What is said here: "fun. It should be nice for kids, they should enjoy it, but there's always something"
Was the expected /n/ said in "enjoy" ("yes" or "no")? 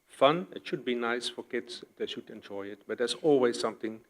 yes